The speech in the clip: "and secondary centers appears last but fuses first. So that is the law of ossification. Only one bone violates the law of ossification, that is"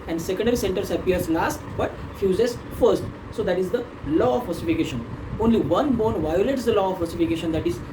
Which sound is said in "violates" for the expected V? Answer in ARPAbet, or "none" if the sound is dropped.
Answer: V